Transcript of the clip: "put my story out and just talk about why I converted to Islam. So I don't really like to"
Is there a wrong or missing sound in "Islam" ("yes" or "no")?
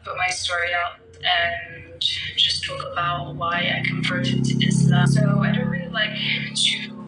yes